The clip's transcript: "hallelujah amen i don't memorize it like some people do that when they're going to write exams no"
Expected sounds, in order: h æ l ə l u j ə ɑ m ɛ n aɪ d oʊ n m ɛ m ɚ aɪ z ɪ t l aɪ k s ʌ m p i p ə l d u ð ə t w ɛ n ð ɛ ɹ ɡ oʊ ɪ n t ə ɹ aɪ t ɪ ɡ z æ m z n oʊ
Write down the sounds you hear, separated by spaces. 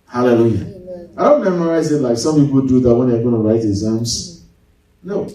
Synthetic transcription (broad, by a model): h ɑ l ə l u j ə ɑ ɪ d oʊ n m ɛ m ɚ aɪ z ɪ t l aɪ k s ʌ m p i p ə l d u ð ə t w ɛ n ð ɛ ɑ ɡ oʊ ɪ n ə ɹ aɪ t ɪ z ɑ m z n oʊ